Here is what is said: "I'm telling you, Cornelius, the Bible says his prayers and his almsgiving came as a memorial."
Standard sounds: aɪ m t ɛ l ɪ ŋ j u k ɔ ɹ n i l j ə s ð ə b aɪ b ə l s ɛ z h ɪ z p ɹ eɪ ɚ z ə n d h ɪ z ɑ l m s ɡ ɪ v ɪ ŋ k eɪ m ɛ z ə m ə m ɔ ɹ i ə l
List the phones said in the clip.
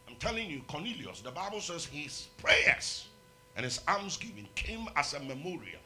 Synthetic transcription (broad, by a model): aɪ m t ɛ l ɪ ŋ j u k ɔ n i l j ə s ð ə b aɪ b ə l s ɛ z h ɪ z p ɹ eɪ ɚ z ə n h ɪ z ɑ m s ɡ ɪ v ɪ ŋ k eɪ m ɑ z ə m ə m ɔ ɹ i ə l